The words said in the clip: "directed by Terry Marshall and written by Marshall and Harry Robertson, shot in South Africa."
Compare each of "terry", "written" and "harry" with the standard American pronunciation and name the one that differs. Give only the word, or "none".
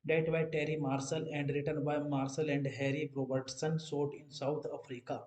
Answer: none